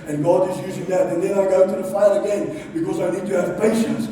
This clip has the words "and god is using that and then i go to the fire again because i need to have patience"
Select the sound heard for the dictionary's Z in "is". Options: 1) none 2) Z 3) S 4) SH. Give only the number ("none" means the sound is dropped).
2